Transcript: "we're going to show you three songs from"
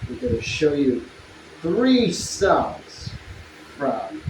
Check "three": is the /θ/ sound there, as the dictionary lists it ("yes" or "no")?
yes